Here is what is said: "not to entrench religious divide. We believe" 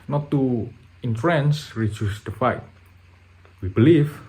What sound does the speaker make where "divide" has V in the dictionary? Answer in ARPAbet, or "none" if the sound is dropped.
F